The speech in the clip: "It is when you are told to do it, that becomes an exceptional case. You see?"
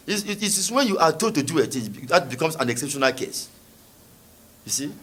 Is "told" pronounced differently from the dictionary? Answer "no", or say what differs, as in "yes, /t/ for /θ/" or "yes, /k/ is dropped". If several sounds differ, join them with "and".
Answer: yes, /l/ is dropped